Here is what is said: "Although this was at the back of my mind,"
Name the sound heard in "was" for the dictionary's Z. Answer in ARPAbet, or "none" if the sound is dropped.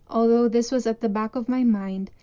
Z